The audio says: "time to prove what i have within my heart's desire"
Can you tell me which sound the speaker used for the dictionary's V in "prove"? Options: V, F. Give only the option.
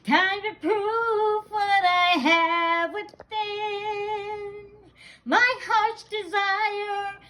F